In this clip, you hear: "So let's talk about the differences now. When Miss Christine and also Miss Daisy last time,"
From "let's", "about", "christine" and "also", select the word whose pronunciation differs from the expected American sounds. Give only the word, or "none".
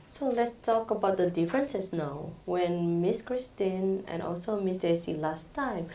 none